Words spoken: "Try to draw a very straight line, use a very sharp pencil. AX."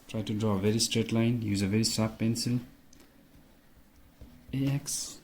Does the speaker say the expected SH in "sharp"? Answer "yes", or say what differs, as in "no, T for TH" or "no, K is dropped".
no, S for SH